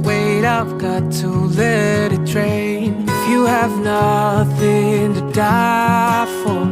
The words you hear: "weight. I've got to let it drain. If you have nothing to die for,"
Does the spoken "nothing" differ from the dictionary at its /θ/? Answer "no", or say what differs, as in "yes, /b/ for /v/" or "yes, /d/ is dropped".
no